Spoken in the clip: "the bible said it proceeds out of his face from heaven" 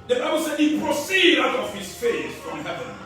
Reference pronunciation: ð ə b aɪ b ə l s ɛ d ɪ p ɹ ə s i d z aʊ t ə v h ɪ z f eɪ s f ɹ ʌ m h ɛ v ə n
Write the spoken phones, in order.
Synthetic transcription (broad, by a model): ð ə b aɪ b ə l s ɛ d ɪ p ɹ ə s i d aʊ t ə v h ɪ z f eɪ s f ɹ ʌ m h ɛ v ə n